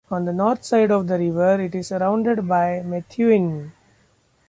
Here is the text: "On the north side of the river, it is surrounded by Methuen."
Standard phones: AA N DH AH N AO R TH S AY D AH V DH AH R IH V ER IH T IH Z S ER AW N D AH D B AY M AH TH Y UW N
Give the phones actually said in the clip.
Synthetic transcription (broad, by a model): AA N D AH N AO R T S AY D AH V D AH R IH V ER IH T IH Z S ER AW N D AH D B AY M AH T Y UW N